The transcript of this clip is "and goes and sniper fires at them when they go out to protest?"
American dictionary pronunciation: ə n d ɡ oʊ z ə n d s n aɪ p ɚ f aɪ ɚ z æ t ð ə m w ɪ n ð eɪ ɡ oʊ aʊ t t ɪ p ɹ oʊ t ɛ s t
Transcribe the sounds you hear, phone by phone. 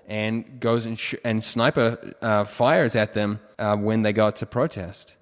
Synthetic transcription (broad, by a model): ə n ɡ oʊ z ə n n s n aɪ p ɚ f aɪ ɚ z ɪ t ð ə m w ɪ n ð eɪ ɡ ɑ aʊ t t ɪ p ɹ oʊ t ɛ s t